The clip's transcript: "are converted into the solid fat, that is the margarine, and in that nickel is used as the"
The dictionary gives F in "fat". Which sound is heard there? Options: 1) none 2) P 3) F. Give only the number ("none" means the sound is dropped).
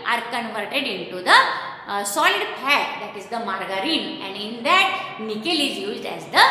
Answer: 2